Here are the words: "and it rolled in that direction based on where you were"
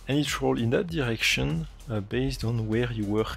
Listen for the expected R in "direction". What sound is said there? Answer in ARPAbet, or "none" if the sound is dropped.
R